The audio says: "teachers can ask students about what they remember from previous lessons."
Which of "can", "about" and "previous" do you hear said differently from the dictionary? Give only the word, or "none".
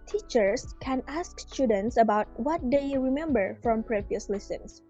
none